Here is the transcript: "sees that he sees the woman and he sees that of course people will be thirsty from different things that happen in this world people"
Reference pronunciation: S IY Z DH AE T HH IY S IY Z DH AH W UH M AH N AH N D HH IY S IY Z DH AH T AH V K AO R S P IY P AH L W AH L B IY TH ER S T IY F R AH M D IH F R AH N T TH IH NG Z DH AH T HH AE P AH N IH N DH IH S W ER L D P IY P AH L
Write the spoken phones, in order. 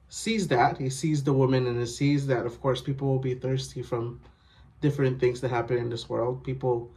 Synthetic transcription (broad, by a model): S IY Z DH AE T HH IY S IY Z DH AH W UH M AH N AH N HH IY S IY Z DH AH T AH V K AO R S P IY P L W AH L B IY TH ER S T IY F R AH M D IH F R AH N TH IH NG Z DH AH T HH AE P AH N IH N DH IH S W ER L D P IY P L